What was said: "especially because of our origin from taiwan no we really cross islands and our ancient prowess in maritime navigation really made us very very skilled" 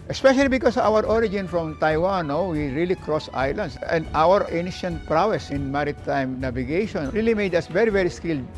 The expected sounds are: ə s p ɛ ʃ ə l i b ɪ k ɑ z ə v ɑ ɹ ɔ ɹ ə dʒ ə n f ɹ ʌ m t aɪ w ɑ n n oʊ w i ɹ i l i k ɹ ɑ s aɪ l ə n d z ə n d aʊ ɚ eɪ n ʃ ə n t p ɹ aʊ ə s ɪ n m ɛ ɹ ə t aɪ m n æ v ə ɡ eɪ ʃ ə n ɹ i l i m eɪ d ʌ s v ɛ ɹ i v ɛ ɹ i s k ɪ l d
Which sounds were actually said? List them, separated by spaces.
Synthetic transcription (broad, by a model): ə s p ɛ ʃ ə l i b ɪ k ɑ s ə w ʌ ɹ ɔ ɹ ə dʒ ə n f ɹ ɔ m t aɪ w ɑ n n oʊ w i ɹ i l i k ɹ ɑ s aɪ l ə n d s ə n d aʊ ɚ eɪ n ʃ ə n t p ɹ aʊ ə s ɪ n m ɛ ɹ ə t aɪ m n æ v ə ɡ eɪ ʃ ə n ɹ i l i m eɪ d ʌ s v ɛ ɹ i v ɛ ɹ i s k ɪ l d